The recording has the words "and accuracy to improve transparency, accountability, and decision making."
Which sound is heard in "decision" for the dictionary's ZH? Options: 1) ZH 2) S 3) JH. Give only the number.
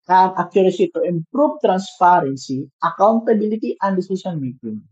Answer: 2